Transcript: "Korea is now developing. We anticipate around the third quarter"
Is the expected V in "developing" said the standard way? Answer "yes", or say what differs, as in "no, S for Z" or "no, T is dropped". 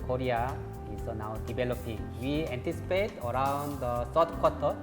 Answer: no, B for V